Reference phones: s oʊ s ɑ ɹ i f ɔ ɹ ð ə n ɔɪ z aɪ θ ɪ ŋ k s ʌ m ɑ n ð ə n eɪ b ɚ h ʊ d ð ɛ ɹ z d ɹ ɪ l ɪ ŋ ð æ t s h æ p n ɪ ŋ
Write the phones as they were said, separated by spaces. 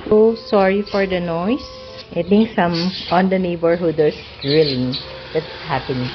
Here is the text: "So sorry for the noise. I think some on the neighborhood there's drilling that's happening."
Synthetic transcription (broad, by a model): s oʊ s ɑ ɹ i f ɔ ɹ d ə n ɔɪ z aɪ t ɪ ŋ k s ʌ m ɑ n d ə n eɪ b ɚ h ʊ d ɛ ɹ s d ɹ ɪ l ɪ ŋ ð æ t s h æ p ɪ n